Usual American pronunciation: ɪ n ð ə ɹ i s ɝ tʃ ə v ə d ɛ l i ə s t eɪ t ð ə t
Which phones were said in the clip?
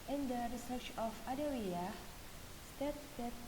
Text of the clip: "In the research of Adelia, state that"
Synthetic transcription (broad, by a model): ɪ n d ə ɹ i s ɝ tʃ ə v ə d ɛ w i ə s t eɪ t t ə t